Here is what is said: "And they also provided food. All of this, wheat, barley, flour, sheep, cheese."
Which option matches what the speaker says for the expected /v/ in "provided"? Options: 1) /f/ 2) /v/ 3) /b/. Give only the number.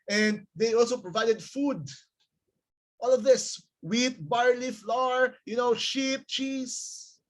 2